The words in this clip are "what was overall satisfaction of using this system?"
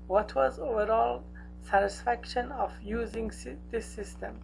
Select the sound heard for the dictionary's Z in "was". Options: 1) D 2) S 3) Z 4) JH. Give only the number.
3